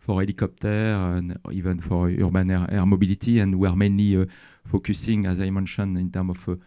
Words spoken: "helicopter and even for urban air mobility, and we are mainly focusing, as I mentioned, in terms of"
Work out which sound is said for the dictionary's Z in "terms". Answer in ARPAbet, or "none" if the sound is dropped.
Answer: none